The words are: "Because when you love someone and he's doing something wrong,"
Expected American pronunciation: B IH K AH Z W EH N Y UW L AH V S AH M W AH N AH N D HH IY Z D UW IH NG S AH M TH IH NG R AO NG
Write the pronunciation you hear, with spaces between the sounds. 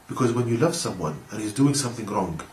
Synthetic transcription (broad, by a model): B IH K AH Z W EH N Y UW L AH V S AH M W AH N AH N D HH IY Z D UW IH NG S AH M TH IH NG R AO NG